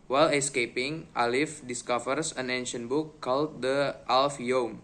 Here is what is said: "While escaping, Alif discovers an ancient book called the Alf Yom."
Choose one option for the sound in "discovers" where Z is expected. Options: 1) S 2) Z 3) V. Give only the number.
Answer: 1